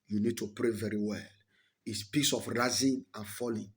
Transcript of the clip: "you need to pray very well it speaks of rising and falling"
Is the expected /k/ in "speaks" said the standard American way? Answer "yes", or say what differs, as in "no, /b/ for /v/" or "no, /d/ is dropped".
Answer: no, /k/ is dropped